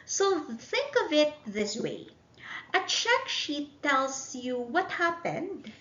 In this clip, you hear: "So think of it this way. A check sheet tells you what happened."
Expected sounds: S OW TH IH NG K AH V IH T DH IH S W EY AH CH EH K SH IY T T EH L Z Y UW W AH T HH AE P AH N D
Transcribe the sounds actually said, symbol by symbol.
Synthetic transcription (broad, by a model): S OW TH IH NG K AH V IH T DH IH S W EY AH CH EH K SH IY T T EH L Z Y UW W AH T HH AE P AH N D